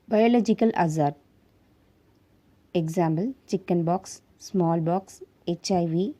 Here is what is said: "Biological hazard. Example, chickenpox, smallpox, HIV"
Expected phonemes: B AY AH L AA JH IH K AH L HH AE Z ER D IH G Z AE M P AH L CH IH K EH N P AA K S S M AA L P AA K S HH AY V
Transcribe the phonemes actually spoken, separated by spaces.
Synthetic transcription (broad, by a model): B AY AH L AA JH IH K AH L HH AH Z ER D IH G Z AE M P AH L CH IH K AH N B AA K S S M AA L B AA K S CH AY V